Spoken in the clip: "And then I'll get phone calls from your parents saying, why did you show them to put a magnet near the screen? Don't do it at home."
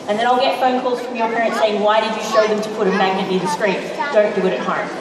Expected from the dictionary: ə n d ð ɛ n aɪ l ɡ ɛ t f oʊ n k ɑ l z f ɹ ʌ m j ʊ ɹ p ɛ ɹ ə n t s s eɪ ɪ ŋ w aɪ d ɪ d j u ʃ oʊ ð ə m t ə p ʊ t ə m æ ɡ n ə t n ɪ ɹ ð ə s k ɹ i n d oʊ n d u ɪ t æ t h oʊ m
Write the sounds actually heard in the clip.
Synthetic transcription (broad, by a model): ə n ð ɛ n aɪ l ɡ ɛ t f oʊ n k ɑ l z f ɹ ʌ m j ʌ ɹ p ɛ ɹ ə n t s s eɪ ɪ ŋ w aɪ d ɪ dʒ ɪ ʃ oʊ ð ə m t ə p ʊ t ə m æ ɡ n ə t l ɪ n ð ə s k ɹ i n d oʊ n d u ɪ t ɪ t h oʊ m